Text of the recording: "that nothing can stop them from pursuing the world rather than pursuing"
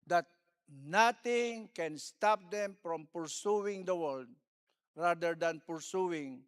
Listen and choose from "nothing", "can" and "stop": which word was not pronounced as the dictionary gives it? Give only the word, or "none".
nothing